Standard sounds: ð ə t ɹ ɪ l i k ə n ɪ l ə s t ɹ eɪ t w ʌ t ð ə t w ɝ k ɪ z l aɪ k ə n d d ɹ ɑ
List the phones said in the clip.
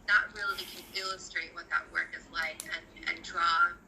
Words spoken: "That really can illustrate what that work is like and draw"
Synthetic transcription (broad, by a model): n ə t ɹ ɪ l i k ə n ɪ l ə s t ɹ eɪ t w ʌ t ð ə t w ɝ k ɪ z l aɪ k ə n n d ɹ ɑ